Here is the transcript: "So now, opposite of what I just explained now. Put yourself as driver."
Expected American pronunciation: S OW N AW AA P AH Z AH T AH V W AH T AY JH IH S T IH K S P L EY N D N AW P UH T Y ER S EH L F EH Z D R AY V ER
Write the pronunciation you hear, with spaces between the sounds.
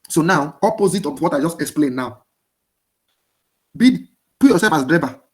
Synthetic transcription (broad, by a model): S OW N AW AA P AH Z AH T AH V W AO T AY JH IH S T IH K S P L EY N N AW B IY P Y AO S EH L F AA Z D R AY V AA